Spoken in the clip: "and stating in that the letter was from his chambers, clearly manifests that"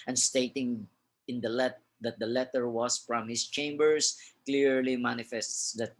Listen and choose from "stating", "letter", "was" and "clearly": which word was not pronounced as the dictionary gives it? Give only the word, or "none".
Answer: was